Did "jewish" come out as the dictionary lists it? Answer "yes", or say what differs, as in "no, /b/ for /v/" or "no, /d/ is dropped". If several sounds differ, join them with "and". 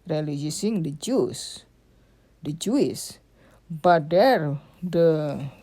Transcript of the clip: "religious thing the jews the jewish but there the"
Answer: no, /s/ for /ʃ/